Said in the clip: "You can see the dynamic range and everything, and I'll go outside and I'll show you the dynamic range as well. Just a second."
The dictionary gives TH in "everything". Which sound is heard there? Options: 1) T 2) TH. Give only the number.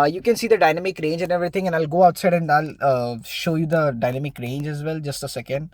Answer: 1